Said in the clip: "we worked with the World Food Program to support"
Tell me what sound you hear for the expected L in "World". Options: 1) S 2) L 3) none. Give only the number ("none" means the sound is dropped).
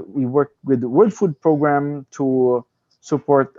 3